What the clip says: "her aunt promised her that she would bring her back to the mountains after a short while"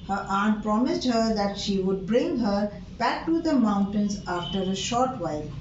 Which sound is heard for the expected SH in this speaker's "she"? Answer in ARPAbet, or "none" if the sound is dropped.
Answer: SH